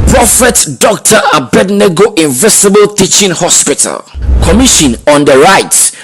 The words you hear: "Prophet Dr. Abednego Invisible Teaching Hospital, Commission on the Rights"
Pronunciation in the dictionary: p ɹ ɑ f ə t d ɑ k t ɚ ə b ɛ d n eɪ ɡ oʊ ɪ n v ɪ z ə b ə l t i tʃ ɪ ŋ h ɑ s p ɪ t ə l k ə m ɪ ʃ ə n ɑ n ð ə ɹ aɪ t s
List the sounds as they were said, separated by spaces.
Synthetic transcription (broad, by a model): p ɹ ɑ f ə t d ɑ k t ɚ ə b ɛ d n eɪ ɡ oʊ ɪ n v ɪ s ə b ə l t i tʃ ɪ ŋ h ɑ s p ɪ t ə l k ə m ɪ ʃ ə n ɑ n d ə ɹ aɪ t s